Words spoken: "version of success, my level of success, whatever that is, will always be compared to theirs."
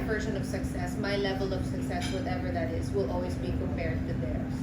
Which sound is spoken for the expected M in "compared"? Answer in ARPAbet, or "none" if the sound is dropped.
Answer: none